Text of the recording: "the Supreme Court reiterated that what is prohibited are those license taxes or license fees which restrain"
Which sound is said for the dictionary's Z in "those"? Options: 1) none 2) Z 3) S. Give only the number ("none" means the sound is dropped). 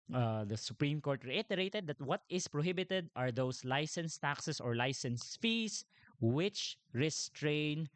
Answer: 3